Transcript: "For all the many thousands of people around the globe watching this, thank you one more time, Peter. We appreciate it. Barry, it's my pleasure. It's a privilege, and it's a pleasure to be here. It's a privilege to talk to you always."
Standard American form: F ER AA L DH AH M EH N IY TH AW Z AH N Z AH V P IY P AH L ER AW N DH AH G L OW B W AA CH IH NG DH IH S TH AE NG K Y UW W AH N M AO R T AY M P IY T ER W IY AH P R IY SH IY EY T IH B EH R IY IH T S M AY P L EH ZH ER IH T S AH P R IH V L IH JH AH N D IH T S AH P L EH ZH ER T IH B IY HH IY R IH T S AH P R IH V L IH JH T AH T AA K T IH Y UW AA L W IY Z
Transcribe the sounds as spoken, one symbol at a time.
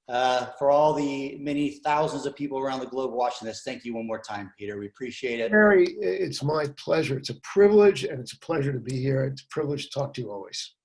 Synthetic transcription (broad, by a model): F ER AA L DH AH M EH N IY TH AW Z AH N Z AH V P IY P L ER AW N DH AH G L OW B W AA CH IH NG DH IH S TH AE NG K Y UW W AH N M AO R T AY M P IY T ER W IY AH P R IY SH IY EY T IH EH R IY IH T S M AY P L EH ZH ER IH T S AH P R IH V L IH JH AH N IH T S AH P L EH ZH ER T IH B IY HH IY R IH T S AH P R IH V L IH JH T AH T AA K T IH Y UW AA L W IY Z